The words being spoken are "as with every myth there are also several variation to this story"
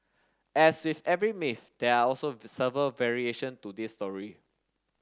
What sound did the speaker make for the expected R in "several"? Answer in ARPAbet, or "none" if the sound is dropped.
none